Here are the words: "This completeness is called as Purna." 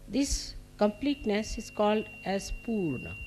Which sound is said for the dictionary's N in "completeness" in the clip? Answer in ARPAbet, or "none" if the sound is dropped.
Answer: N